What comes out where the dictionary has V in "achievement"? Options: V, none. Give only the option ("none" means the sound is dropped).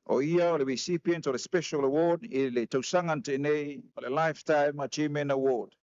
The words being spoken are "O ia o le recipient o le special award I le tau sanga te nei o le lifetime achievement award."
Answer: none